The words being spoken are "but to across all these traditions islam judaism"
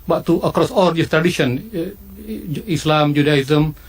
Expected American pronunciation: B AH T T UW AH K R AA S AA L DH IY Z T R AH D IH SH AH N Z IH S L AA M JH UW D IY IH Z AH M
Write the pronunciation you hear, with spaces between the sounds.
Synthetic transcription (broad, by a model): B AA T T UW AH K R AA S AA L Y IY S T R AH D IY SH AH N IH S L AA M JH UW D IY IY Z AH M